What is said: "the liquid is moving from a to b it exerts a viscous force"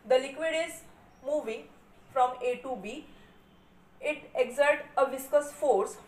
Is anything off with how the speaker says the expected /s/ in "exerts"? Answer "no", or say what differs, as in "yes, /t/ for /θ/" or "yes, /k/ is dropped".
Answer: yes, /s/ is dropped